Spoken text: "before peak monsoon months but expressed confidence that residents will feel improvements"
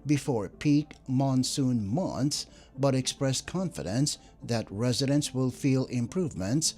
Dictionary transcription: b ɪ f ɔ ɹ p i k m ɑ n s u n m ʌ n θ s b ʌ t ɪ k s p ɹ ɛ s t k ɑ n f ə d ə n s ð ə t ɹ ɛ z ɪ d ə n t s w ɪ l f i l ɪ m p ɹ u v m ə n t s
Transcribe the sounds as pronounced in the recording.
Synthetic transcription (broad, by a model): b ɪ f ɔ ɹ p i k m ɑ n s u n m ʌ n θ s b ʌ t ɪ k s p ɹ ɛ s k ɑ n f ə d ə n s ð ə t ɹ ɛ z ɪ d ə n t s w ɪ l f i l ɪ m p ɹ u v m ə n t s